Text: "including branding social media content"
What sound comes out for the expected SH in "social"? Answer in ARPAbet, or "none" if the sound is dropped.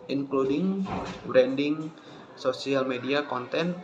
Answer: S